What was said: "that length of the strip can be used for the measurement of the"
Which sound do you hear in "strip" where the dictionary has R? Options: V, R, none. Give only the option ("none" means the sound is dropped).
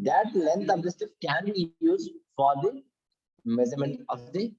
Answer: none